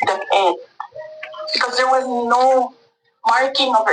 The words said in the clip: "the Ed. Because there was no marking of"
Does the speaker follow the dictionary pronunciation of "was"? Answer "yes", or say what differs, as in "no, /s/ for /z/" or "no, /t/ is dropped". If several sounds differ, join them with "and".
yes